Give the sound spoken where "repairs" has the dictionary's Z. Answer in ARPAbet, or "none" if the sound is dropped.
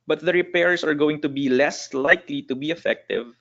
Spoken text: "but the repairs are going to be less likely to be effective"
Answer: S